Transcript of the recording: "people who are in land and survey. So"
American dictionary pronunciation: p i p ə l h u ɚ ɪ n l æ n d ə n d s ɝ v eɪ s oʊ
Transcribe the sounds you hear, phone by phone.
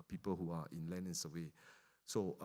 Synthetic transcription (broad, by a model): p i p ə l h u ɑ ɪ n l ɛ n ə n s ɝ w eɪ s oʊ